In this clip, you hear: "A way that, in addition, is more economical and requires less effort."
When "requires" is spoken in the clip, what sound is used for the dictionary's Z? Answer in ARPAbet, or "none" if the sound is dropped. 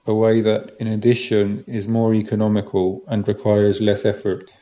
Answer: Z